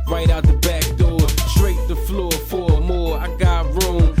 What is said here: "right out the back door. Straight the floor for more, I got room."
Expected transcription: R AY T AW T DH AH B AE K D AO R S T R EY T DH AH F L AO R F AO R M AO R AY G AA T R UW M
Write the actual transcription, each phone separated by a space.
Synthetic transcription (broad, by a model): R AY T AW T DH AH B AE K D AO R S T R EY T DH AH F L AO R F AO R M AO R AY G AA T R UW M